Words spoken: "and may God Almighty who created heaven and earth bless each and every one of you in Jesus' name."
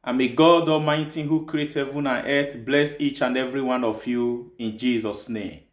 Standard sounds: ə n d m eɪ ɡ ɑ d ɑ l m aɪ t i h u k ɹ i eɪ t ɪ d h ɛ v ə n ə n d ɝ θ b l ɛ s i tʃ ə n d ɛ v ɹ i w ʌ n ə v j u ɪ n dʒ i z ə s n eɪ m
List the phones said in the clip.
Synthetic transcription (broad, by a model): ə m eɪ ɡ ɑ d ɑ m aɪ t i h u k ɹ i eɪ t h ɛ v ə n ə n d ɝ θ b l ɛ s i tʃ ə n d ɛ v ɹ i w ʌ n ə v j u ɪ n dʒ i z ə s n eɪ m